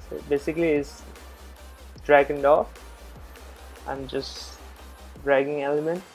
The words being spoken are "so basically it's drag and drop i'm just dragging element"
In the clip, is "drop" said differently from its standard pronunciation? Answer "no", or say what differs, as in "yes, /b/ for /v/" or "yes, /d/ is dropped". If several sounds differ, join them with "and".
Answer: yes, /ɹ/ is dropped and /f/ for /p/